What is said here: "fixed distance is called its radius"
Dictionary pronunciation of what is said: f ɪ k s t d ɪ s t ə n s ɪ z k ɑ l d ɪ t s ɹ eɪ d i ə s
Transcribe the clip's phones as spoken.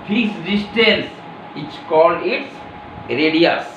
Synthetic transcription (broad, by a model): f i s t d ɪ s t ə l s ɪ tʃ k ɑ l ɪ t s ɹ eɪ d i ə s